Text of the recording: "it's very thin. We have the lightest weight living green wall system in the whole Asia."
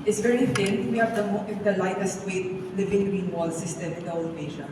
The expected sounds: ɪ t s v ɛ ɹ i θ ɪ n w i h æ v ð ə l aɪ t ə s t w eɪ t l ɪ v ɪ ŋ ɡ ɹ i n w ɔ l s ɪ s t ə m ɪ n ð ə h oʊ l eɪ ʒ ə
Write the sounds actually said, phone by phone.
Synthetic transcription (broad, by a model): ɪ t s v ɛ ɹ i f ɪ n w i h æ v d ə l aɪ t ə s t w eɪ t l ɪ v ɪ ŋ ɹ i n w ɔ l s ɪ s t ə m ɪ n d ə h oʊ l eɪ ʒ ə